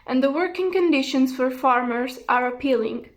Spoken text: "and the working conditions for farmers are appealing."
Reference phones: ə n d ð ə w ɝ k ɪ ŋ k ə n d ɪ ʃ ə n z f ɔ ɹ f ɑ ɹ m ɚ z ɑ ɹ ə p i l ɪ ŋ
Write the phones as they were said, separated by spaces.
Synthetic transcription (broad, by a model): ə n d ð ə w ɝ k ɪ ŋ k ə n d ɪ ʃ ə n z f ɔ ɹ f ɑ ɹ m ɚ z ɑ ɹ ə p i l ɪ ŋ